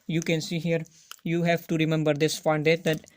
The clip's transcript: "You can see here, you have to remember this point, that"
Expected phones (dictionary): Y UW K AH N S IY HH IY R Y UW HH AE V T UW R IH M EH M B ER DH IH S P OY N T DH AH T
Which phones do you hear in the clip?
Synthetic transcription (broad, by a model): Y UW K AH N S IY HH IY R Y UW HH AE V T UW R IH M EH M B ER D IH S F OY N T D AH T